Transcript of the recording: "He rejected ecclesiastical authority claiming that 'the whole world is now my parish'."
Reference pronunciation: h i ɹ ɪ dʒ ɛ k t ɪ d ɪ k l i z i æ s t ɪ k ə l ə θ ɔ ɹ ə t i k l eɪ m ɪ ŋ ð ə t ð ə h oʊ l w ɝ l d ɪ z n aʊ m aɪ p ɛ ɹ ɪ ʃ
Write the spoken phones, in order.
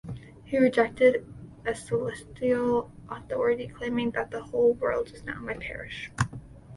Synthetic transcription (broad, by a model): h i ɹ ɪ dʒ ɛ k t ɪ d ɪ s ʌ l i s t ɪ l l ə θ ɔ ɹ ə t i k l eɪ m ɪ ŋ ð ə t ð ə h oʊ l w ɝ l d ɪ z n aʊ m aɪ p ɛ ɹ ɪ ʃ